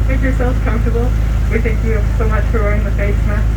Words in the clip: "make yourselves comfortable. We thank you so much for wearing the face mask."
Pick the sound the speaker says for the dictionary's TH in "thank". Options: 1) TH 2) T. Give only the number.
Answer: 1